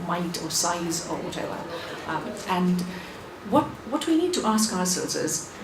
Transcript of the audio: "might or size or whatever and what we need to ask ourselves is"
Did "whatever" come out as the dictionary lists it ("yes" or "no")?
no